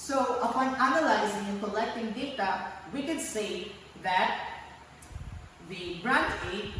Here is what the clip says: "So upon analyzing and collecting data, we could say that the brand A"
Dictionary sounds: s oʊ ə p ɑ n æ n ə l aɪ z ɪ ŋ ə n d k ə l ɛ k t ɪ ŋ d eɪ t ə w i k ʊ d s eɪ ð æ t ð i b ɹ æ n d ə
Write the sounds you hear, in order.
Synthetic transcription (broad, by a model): s oʊ ə p ɑ n æ n ə l aɪ z ɪ ŋ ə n k ə l ɛ k t ɪ ŋ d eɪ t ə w i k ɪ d s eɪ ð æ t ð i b ɹ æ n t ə